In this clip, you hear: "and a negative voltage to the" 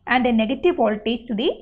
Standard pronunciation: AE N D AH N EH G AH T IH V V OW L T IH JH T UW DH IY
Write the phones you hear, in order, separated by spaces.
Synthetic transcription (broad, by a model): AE N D AH N EH G AH T IH V P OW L T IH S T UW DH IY